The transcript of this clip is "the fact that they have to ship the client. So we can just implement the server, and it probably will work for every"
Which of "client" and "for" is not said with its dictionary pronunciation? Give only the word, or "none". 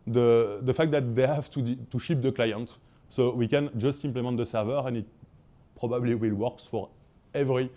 none